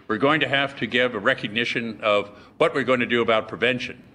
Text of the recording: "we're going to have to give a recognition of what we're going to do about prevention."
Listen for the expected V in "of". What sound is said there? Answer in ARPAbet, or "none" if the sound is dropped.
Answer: V